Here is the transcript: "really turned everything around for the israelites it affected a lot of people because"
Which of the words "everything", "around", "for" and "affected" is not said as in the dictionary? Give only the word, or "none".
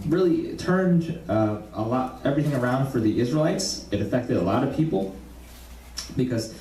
none